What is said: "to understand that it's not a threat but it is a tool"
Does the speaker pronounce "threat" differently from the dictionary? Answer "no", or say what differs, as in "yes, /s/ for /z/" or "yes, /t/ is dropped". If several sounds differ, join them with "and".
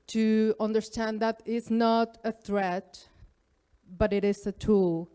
no